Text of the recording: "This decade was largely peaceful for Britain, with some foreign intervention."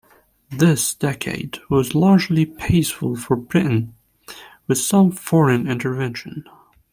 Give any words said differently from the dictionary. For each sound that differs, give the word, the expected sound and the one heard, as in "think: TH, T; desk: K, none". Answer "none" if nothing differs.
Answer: intervention: CH, SH